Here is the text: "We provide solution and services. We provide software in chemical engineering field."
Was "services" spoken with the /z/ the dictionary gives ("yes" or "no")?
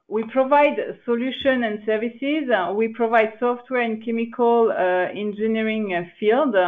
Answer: yes